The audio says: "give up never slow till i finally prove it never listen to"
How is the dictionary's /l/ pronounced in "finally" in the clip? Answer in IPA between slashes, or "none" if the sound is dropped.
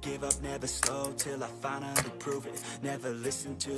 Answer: /n/